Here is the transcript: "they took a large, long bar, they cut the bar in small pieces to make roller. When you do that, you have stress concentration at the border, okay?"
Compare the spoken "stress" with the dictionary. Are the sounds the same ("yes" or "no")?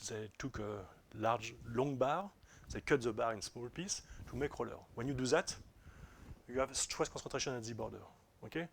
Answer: no